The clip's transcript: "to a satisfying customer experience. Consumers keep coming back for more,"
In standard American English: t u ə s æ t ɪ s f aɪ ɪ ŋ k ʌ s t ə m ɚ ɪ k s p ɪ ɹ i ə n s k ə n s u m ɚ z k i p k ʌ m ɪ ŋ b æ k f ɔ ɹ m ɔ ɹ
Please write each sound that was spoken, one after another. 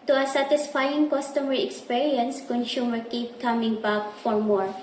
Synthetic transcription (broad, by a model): t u ə s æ t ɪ s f aɪ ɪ ŋ k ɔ s t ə m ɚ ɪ k s p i ɹ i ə n s k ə n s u m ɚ k i p k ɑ m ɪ ŋ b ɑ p f ɔ ɹ m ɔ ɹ